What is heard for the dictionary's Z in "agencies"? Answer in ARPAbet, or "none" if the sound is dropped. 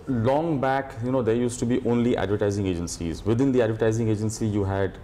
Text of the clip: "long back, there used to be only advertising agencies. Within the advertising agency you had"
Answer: Z